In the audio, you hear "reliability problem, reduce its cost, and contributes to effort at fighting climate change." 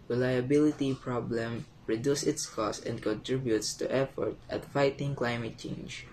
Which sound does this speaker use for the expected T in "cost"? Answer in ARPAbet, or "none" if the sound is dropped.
none